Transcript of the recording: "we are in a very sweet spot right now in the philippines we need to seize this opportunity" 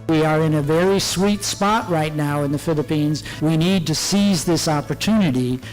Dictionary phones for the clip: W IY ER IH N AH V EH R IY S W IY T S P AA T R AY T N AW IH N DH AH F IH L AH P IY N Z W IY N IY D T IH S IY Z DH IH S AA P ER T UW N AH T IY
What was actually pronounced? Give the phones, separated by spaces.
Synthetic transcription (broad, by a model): W IY ER IH N AH V EH R IY S W IY T S P AA T R AY T N AW IH N DH AH F IH L AH P IY N Z W IY N IY D T IH S IY Z DH IH S AA P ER T UW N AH T IY